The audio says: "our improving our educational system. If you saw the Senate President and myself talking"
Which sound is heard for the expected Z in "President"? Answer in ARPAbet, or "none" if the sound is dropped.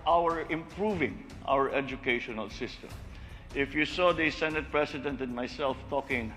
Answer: S